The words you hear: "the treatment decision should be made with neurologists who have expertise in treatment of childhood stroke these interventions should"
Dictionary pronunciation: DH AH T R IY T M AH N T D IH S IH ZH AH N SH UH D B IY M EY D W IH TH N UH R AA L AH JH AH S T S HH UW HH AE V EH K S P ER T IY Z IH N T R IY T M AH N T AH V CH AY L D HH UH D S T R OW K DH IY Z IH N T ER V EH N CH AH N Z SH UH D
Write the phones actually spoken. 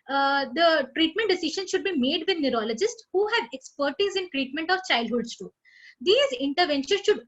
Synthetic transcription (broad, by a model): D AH T R IY T M AH N T D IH S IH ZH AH N SH UH D B IY M EY D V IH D N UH R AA L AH JH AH S T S HH UW HH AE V EH K S P ER T IY Z IH N T R IY T M AH N T AH V CH AY L D HH UH D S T OW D IY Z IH N T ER V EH N SH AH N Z SH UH D